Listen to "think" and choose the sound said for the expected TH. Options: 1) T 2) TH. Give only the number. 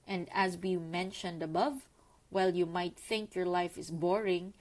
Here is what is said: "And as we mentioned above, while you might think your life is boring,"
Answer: 2